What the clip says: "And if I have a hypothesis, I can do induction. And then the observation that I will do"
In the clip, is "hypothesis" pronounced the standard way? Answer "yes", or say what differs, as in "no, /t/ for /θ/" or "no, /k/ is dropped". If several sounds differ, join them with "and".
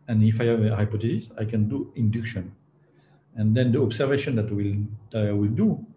no, /t/ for /θ/